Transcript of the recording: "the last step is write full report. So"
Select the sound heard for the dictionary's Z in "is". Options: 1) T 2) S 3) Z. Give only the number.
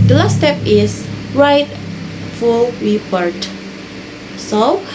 2